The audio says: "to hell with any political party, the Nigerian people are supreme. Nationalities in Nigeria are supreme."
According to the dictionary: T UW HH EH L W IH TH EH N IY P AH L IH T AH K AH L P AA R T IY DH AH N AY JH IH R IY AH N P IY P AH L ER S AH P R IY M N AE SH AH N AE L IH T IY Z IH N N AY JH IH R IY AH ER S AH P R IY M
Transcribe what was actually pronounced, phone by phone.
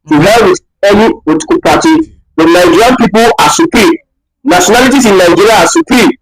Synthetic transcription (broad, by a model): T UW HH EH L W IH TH EH N IY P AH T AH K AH P AA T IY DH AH N AY JH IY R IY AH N P IY P AH L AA S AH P R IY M N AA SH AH N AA L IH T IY S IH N N AY JH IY R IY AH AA S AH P R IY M